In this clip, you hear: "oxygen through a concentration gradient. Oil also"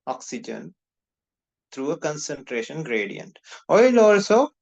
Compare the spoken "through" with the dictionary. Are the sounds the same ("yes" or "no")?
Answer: no